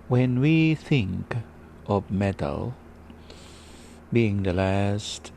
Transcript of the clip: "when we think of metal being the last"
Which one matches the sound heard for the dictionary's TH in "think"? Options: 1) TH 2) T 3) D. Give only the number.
1